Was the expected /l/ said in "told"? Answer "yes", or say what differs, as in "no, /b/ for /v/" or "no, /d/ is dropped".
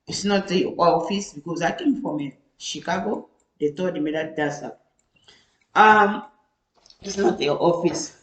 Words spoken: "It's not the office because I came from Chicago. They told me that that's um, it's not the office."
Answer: no, /l/ is dropped